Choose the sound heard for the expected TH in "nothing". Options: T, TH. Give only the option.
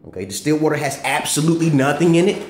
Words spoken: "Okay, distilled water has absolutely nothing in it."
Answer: TH